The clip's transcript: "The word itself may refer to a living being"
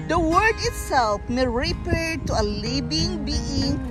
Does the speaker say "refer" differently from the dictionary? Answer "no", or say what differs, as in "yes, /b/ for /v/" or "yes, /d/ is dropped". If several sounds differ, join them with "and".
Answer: yes, /p/ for /f/